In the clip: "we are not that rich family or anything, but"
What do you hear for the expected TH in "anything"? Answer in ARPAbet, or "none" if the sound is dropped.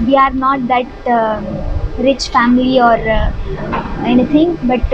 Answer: T